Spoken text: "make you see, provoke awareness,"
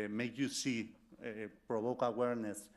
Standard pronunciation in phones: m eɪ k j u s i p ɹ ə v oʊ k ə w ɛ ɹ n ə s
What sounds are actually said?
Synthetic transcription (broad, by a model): m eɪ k j u s i p ɹ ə b oʊ k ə w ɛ ɹ n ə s